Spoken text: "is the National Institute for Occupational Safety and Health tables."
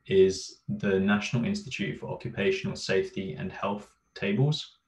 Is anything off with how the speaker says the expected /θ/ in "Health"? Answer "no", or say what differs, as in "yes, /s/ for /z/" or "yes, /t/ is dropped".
no